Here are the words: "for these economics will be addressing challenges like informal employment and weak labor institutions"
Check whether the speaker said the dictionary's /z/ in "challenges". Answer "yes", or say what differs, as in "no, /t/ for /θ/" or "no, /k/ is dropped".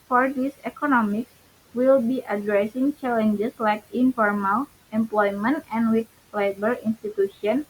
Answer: no, /s/ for /z/